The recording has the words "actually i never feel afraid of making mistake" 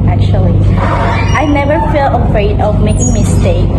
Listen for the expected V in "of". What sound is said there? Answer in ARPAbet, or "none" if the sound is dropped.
V